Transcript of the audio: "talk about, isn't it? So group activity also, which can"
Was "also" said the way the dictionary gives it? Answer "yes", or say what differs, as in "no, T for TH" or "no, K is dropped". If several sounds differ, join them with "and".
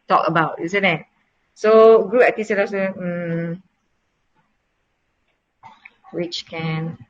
no, L is dropped